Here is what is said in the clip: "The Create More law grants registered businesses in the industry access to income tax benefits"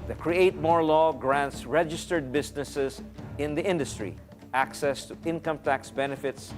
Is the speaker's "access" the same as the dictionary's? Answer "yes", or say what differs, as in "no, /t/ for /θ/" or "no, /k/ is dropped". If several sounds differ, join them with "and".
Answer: yes